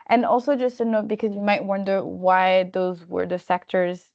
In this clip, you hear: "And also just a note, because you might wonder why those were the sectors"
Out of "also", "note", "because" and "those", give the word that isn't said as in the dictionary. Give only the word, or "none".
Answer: none